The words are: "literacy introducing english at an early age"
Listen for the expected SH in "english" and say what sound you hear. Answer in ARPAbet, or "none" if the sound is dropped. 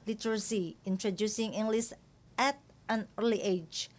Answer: S